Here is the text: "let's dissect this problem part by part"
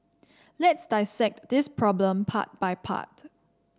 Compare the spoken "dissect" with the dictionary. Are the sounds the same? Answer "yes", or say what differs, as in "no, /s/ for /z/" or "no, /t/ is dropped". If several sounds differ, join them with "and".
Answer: yes